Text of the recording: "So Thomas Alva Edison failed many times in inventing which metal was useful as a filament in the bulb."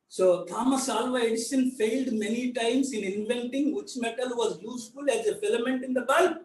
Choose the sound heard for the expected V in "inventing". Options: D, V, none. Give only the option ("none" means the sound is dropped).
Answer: V